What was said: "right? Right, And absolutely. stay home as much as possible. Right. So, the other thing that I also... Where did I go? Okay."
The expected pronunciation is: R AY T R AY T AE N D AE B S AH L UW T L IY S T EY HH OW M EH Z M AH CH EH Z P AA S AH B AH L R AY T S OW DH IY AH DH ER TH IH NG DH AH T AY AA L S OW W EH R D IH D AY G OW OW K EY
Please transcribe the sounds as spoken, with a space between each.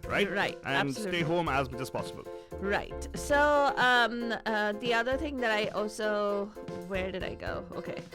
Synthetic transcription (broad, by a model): R AY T R AY T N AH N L S T EY HH OW M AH Z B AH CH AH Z P AA S AH B AH L R AY T S OW DH IY AH DH ER TH IH NG DH AH T AY AA L S OW W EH R D IH D AY G OW OW K EY